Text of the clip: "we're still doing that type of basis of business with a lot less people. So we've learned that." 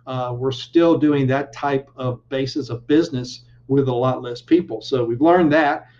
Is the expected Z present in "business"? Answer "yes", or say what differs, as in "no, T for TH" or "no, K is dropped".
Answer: yes